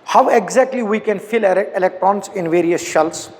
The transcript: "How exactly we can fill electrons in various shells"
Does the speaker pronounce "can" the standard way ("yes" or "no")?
yes